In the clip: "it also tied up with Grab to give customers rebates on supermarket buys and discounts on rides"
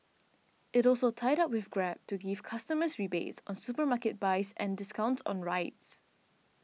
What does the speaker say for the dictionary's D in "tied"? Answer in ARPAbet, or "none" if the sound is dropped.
D